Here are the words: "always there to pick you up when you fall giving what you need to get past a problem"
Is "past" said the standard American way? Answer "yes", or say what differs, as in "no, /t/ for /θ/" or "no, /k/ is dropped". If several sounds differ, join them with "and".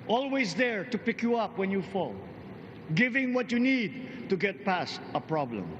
yes